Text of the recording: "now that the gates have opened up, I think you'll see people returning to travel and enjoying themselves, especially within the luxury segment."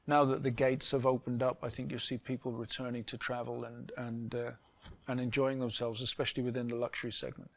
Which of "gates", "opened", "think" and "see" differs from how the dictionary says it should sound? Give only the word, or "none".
none